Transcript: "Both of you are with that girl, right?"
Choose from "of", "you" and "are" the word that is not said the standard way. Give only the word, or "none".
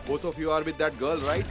of